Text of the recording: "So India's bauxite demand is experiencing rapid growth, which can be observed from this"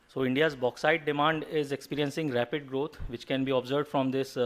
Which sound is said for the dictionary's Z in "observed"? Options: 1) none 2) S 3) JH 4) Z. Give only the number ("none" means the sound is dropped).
4